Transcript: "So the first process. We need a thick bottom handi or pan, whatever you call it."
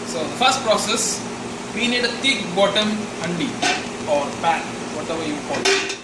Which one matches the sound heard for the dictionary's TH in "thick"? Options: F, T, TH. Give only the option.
T